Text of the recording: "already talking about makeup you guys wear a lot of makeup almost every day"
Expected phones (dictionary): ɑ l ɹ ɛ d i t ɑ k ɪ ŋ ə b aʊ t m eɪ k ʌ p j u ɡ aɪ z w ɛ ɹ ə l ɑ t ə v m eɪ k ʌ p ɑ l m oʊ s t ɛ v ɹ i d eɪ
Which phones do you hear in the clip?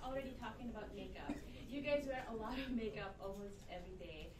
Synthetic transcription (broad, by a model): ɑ l ɹ ɛ d i t ɑ k ɪ ŋ ə b aʊ t m eɪ k ʌ p j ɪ ɡ aɪ z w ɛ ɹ ə l ɑ t ə v m eɪ k ʌ p ɑ l m oʊ s t ɛ v ɹ i d eɪ